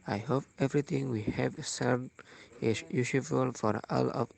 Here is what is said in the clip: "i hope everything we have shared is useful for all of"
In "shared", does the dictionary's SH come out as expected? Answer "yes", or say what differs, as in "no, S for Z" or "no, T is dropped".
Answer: no, S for SH